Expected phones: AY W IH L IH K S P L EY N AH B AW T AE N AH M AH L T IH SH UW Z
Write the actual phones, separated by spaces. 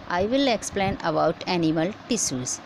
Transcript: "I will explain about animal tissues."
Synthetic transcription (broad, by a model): AY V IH L IH K S P L EY N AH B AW T AE N AH M AH L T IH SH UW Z